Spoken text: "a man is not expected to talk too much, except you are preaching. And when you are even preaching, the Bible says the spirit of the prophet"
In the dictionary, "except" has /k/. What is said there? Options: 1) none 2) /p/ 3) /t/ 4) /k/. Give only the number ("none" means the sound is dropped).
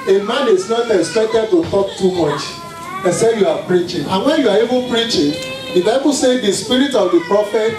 1